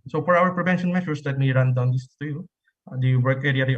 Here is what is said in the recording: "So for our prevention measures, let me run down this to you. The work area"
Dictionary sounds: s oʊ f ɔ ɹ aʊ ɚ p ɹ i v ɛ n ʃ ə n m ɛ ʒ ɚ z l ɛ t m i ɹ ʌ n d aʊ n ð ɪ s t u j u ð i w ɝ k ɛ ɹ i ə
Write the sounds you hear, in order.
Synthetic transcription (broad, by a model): s oʊ f ɔ ɹ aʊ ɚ p ɹ i v ɛ n ʃ ə n m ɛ ʃ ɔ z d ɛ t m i ɹ ʌ n d aʊ n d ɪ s t u j u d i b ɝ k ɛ ɹ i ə